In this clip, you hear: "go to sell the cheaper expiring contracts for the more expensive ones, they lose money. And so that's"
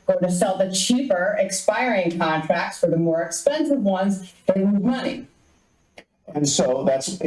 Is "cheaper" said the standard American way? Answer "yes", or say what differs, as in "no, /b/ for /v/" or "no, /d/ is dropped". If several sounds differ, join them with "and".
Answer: yes